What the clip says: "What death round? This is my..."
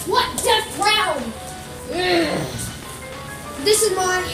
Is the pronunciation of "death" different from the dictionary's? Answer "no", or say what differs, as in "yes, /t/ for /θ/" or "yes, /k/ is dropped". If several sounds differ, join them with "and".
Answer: yes, /s/ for /θ/